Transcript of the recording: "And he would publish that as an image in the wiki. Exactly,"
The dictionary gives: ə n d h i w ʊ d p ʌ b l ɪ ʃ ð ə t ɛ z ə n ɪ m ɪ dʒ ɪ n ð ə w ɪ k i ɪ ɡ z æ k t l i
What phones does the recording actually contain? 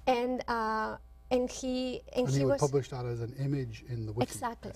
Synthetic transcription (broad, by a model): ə n d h i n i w p ʌ b l ɪ ʃ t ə t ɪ z ə n ɪ m ɪ dʒ ɪ n ð ə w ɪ i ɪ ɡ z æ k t l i